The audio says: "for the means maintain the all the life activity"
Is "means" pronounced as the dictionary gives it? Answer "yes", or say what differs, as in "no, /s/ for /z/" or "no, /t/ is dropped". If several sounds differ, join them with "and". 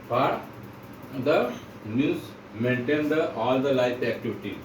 no, /n/ is dropped